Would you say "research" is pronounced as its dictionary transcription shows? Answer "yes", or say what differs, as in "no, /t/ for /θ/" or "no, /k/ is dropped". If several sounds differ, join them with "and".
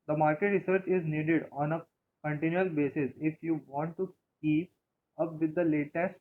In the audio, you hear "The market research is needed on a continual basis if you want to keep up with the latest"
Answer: yes